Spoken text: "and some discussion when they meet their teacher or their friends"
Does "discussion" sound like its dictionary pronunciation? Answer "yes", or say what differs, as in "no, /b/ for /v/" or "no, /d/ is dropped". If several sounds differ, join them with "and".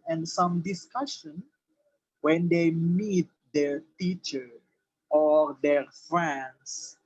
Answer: yes